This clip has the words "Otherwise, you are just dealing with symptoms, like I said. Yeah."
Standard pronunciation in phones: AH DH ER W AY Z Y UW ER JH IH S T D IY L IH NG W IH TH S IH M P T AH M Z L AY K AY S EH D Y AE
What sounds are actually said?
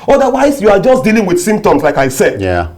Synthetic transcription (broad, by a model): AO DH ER W AY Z Y UW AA JH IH S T D IY L IH NG W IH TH S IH M P T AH M S L AY K AY S EH D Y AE